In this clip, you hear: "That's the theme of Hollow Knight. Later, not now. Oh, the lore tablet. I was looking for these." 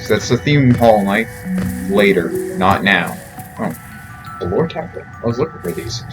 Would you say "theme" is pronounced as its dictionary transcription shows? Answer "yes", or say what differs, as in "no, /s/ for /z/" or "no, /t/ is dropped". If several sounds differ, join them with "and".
yes